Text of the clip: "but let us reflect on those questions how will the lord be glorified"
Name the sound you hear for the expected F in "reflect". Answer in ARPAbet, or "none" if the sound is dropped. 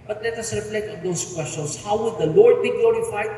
P